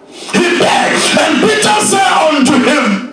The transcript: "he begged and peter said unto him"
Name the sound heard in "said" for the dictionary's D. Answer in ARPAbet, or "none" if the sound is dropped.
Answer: none